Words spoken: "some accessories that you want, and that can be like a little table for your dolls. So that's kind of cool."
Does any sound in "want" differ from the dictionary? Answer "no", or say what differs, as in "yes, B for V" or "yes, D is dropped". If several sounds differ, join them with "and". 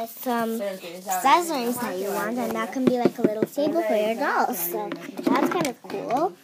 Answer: no